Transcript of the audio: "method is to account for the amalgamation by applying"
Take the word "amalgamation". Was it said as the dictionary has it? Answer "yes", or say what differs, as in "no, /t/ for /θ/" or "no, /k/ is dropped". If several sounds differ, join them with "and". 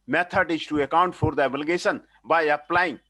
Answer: no, /m/ is dropped and /s/ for /ʃ/